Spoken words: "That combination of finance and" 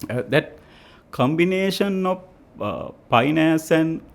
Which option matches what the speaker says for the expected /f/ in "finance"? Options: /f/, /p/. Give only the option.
/p/